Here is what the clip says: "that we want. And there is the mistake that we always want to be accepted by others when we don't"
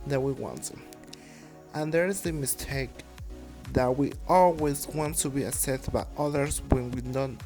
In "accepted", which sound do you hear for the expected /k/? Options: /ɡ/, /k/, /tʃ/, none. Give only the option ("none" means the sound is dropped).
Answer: none